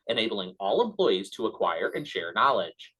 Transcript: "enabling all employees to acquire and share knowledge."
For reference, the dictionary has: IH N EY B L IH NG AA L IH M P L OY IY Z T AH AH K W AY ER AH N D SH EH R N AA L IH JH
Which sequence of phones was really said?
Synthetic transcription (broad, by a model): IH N EY B L IH NG AA L IH M P L OY IY Z T AH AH K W AY ER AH N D SH EH R N AA L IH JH